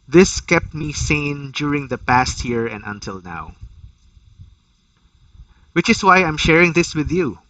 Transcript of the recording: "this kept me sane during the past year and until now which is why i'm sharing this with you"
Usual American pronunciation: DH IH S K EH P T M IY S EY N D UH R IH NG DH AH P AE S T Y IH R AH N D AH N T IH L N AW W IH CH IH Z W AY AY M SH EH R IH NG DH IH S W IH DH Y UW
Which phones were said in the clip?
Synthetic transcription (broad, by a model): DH IH S K EH P T M IY S EY N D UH R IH NG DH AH P AE S T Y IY R AH N D AH N T IH L N AW W IH CH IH S W AY AY M SH EH R IH NG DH IH S W IH DH Y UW